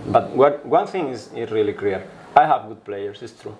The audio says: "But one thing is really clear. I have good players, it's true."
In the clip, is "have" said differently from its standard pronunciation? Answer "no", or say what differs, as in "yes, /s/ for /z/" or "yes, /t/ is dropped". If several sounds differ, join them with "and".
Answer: no